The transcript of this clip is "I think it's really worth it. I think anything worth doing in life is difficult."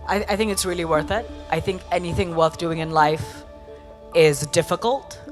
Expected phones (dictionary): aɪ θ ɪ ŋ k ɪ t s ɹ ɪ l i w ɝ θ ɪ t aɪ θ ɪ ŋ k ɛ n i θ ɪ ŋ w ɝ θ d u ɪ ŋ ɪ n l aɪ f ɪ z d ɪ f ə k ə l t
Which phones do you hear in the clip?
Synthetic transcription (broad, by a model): aɪ θ ɪ ŋ k ɪ t s ɹ ɪ l i w ɝ θ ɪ t aɪ θ ɪ ŋ k ɛ n i θ ɪ ŋ w ɝ θ d u ɪ ŋ ɪ n l aɪ f ɪ z d ɪ f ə k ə l t